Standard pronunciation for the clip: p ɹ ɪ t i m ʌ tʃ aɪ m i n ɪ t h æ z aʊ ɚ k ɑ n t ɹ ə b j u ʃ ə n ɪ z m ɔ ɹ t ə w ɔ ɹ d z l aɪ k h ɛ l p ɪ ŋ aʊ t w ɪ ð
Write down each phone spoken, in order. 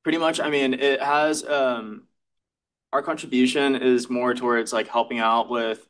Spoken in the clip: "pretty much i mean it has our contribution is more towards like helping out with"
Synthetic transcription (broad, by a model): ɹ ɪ t i m ʌ tʃ aɪ m i n ɪ t h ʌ z aʊ ɚ k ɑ n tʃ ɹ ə b j u ʃ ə n ɪ z m ɔ ɹ t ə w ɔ ɹ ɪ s l aɪ k h ɛ l p ɪ ŋ aʊ t w ɪ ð